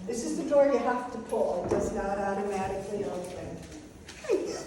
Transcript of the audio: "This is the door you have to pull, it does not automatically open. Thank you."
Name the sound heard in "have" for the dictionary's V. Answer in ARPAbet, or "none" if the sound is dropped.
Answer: F